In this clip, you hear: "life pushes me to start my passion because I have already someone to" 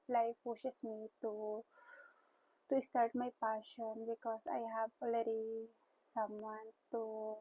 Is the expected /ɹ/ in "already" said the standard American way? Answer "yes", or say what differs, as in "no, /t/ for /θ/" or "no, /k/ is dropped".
no, /l/ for /ɹ/